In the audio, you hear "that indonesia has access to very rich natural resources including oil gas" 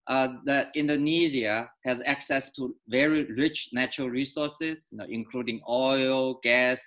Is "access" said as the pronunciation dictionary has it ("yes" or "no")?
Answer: yes